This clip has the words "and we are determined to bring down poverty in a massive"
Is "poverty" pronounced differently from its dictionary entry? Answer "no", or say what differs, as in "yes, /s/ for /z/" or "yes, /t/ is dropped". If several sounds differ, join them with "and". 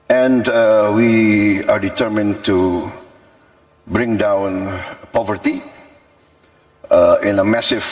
no